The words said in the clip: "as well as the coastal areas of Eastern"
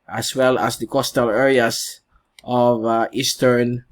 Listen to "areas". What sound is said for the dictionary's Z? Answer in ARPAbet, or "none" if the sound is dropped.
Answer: S